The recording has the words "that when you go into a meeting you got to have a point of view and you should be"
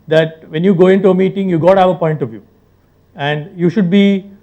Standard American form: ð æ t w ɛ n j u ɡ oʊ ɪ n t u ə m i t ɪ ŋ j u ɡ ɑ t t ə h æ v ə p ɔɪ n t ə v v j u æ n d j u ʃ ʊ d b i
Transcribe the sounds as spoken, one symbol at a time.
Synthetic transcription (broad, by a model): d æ t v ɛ n j u ɡ oʊ ɪ n t u ə m i t ɪ ŋ j u ɡ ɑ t t ə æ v ə p ɔɪ n t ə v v j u æ n d j u ʃ ʊ d b i